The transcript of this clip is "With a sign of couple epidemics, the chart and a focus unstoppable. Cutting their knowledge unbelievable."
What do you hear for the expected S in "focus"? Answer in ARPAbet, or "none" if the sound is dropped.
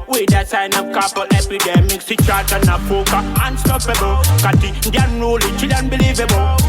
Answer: none